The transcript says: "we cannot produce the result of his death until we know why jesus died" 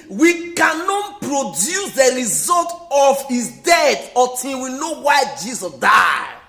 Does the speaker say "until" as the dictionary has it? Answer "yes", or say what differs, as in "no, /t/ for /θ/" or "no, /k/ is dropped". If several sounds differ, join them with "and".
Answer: no, /n/ is dropped